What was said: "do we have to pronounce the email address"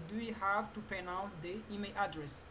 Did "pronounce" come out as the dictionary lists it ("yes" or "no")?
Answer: no